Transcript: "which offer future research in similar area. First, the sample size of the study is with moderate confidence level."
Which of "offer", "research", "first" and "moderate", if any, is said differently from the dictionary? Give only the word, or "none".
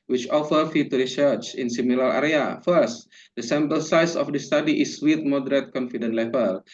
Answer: none